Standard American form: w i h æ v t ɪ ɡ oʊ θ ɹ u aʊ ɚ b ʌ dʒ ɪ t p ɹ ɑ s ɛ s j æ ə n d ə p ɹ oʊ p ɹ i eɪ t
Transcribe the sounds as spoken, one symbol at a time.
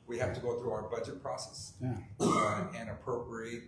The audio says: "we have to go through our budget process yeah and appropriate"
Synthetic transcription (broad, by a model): w i h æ f t ɪ ɡ oʊ θ ɹ u aʊ ɚ b ʌ dʒ ɪ t p ɹ ɑ s ɛ s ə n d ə p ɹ oʊ p ɹ i eɪ t